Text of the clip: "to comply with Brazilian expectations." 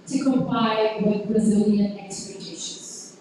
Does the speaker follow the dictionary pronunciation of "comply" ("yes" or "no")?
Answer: no